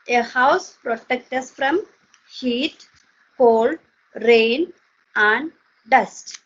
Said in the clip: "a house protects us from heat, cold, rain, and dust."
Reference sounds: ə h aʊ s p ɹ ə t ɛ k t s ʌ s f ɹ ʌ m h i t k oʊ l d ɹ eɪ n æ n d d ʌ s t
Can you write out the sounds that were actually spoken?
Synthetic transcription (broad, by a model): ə h aʊ s p ɹ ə t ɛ k t ʌ s f ɹ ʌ m h i t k oʊ l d ɹ eɪ n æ n d d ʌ s t